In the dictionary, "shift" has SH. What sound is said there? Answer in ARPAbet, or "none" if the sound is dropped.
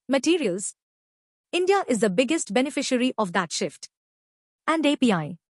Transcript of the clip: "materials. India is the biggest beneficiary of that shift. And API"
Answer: SH